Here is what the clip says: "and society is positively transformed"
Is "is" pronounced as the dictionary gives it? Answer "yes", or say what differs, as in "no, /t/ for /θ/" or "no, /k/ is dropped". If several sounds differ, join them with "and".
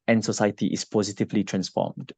no, /s/ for /z/